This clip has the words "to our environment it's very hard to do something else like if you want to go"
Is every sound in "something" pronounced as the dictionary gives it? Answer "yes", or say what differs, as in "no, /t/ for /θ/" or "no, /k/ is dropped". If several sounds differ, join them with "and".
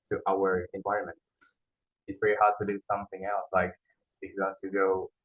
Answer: yes